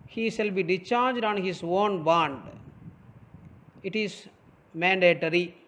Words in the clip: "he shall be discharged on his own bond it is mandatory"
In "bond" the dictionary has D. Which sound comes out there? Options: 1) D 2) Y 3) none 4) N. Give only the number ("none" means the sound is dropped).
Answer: 1